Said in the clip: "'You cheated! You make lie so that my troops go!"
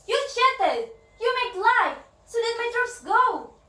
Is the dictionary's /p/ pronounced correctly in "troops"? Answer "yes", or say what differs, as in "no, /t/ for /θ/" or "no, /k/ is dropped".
no, /p/ is dropped